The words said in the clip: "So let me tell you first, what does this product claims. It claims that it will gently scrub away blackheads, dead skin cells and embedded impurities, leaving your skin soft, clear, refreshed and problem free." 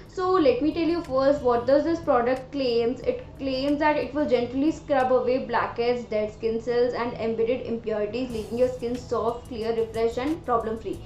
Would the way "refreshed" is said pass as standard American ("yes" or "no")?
no